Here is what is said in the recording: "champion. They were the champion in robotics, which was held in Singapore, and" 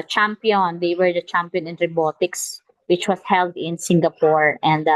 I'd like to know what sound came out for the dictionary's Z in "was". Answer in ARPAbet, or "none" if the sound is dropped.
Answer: S